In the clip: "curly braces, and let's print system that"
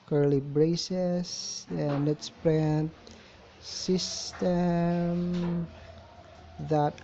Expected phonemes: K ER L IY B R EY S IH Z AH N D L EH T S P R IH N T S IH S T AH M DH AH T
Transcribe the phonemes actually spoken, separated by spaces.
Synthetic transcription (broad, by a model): K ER L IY B R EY S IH S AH N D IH T S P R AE N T S IH S T AH M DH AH T